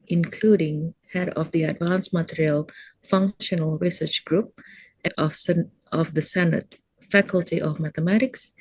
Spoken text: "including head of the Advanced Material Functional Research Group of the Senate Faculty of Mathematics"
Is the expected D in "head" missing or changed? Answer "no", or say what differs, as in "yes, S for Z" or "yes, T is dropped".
no